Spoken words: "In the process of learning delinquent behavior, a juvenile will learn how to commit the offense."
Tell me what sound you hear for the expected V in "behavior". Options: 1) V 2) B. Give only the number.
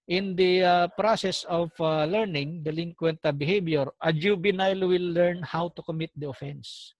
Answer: 2